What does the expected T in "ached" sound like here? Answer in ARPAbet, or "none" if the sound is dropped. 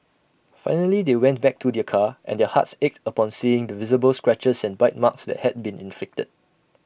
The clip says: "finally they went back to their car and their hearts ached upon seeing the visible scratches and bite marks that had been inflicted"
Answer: T